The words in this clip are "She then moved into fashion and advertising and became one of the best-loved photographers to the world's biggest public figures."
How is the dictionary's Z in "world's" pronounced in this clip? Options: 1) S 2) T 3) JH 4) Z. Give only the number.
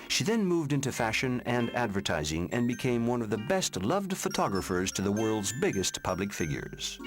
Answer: 4